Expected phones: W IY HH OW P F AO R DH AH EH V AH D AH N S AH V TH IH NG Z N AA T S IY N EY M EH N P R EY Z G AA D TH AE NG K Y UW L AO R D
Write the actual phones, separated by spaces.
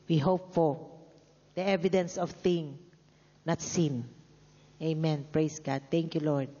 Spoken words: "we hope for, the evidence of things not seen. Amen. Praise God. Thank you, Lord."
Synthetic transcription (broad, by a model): W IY HH OW P F AO R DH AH EH V AH D AH N S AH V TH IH NG N AA T S IY N EY M EH N P R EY S G AA D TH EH NG K Y UW L AO R D